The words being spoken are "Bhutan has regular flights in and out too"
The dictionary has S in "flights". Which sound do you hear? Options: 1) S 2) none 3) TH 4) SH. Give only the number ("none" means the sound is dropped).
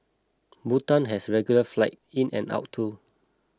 2